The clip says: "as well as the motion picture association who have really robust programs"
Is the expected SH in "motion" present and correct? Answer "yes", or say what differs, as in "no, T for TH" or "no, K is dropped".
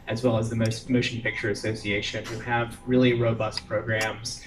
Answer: no, S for SH